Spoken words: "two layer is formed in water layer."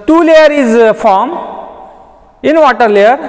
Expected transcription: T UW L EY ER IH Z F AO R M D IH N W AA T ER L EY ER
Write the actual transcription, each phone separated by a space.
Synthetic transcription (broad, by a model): T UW L EY ER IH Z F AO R M IH N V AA T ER L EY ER